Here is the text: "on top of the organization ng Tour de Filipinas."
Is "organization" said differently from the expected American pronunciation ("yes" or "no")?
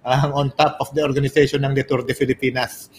yes